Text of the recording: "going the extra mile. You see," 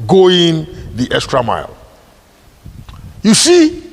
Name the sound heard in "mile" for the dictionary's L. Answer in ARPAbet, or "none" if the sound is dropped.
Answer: L